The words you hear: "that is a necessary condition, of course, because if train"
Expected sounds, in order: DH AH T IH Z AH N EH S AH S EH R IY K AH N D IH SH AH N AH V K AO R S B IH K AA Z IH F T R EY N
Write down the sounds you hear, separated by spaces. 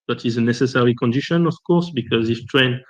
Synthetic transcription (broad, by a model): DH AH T IH Z AH N EH S AH S EH R IY K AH N D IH SH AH N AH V K AO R S B IH K AA Z IH F T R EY N